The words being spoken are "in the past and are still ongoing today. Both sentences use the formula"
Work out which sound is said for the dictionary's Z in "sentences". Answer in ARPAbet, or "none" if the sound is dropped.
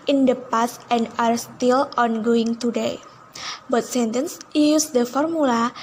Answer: none